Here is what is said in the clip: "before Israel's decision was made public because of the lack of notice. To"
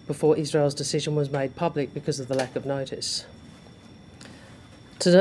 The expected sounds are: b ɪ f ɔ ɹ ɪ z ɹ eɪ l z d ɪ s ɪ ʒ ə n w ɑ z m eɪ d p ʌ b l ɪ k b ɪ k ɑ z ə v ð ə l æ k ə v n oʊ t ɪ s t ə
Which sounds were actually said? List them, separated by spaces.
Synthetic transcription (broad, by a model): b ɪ f ɔ ɹ ɪ z ɹ eɪ l z d ɪ s ɪ ʒ ə n w ɑ z m eɪ d p ʌ b l ɪ k b ɪ k ɑ z ə v ð ə l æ k ə v n oʊ t ɪ s t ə